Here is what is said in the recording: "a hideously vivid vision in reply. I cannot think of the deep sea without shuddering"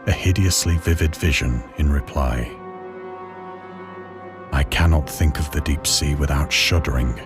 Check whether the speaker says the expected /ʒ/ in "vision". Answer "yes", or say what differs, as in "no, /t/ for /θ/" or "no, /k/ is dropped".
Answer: yes